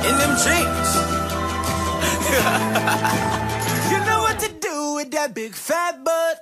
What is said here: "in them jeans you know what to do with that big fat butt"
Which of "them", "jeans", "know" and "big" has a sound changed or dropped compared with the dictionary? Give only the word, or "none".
jeans